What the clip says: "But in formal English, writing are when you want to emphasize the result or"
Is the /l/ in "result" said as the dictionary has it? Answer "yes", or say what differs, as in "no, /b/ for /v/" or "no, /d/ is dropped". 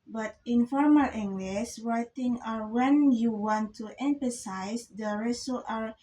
no, /l/ is dropped